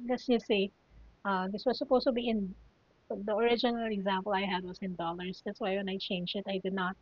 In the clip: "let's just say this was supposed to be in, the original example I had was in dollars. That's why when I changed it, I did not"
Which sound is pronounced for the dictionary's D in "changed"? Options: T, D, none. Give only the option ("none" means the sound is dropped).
none